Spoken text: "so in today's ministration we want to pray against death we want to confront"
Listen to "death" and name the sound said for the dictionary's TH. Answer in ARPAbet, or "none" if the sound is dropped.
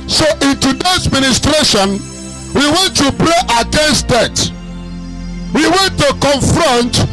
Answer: T